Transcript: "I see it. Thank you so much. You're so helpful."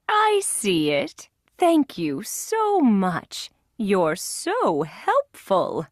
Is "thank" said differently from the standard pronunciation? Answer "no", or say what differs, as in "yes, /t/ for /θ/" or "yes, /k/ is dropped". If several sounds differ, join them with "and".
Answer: no